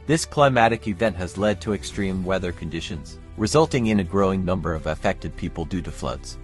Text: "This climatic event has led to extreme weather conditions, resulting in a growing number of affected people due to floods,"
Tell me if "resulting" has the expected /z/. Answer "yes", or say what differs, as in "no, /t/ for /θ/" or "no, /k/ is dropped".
yes